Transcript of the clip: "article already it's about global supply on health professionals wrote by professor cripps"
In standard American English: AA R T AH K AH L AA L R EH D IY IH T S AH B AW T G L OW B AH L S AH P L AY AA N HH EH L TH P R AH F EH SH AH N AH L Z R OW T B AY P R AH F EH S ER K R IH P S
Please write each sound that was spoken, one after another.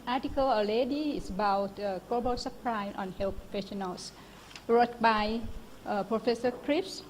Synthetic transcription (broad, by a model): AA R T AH K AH L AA L EH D IY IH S AH B AW T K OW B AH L S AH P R AY AA N HH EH L P R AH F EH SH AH N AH L S R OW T B AY P R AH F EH S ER K R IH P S